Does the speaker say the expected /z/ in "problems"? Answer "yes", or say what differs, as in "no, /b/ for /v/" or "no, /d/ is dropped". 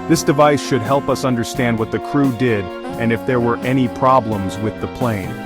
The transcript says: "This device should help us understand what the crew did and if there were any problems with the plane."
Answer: yes